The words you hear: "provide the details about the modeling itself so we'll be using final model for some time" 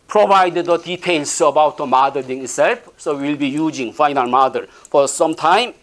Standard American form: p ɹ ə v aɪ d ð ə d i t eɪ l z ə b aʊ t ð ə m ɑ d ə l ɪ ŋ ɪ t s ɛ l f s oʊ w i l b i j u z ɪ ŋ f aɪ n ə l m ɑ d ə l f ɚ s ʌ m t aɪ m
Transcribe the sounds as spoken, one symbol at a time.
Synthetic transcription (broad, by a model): p ɹ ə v aɪ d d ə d i t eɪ l s ə b aʊ t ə m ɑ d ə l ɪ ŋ ɪ t s ɛ l f s oʊ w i l b i j u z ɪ ŋ f aɪ n ə l m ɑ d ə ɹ f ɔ s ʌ m t aɪ m